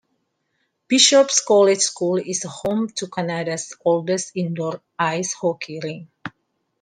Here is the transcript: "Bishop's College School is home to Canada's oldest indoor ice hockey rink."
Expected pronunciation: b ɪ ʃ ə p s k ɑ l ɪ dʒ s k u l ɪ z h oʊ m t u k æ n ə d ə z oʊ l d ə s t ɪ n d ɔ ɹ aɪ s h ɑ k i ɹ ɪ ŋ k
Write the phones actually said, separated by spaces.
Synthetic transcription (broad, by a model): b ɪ ʃ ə p s k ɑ l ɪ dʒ s k u l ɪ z h oʊ m t u k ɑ n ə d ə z oʊ l d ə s ɪ n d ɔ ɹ aɪ s h ɑ k i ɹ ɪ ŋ